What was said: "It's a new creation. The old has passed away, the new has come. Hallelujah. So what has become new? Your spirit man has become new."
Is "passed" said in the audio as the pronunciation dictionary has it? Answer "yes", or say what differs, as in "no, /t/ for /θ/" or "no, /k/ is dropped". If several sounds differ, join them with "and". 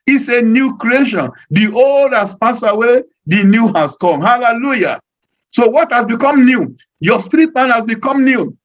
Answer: no, /t/ is dropped